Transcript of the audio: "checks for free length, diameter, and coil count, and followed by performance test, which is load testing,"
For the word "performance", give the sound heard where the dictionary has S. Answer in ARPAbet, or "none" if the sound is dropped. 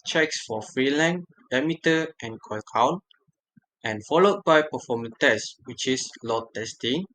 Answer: none